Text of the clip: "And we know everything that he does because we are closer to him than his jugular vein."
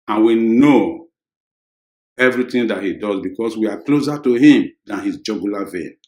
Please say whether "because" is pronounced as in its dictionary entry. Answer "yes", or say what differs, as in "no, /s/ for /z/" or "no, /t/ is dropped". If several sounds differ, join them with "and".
no, /s/ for /z/